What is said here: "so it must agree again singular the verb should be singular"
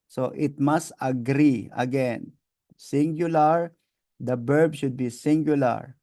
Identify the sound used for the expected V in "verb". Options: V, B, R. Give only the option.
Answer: B